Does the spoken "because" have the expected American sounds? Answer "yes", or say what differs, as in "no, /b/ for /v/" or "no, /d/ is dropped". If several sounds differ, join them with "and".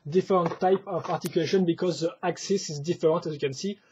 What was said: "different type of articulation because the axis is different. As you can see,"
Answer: yes